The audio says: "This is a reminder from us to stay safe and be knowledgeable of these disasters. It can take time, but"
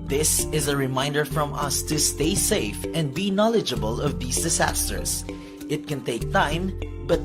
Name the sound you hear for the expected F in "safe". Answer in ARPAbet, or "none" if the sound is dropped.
F